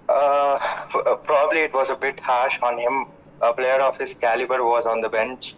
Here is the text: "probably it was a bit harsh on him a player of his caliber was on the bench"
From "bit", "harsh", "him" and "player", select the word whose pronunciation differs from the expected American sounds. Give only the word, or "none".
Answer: none